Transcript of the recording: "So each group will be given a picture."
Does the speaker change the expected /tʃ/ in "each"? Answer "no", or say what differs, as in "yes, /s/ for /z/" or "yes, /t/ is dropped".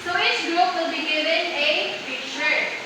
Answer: yes, /s/ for /tʃ/